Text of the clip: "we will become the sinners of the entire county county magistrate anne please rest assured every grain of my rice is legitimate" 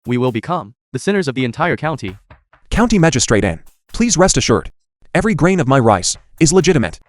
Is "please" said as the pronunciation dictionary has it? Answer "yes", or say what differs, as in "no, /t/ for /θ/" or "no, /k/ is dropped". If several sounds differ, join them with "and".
yes